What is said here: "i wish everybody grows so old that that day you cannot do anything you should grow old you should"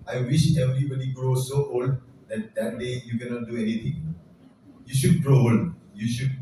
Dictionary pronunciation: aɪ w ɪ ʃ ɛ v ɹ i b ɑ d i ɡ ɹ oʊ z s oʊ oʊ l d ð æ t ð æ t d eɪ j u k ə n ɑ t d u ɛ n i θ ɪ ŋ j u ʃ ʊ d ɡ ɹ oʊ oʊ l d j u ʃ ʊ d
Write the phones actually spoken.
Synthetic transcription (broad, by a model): aɪ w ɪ ʃ ɛ v ɹ i b ɑ d i ɡ ɹ oʊ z s oʊ oʊ l d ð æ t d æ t d eɪ j u k ə n ɑ t d u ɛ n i t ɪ ŋ j u ʃ ʊ d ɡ ɹ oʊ oʊ l d j u ʃ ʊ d